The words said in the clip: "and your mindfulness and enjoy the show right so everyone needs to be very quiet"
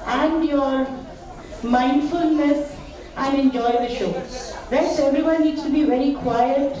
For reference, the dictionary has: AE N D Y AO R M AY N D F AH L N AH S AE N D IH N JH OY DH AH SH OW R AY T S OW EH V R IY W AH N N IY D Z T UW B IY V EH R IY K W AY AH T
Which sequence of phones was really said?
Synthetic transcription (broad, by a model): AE N D Y AO R M AY N D F AH L N AH S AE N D IH N JH OY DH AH SH OW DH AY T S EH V R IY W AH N N IY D S T UW B IY V EH R IY K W AY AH T